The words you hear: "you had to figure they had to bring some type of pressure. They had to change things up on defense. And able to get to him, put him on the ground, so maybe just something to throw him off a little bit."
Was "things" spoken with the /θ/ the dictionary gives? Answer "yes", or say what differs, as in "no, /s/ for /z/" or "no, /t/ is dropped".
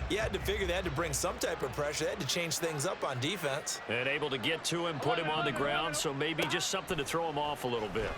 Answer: yes